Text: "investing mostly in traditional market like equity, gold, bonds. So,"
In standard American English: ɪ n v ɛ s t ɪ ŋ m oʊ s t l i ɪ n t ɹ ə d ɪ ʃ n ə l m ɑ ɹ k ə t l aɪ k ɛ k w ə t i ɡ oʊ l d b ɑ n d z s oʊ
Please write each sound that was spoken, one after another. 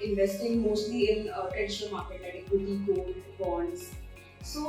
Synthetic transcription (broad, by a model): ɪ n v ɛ s t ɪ ŋ m oʊ s t l i ɪ n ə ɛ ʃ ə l m ɑ ɹ k ə t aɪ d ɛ k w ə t i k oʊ d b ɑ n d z s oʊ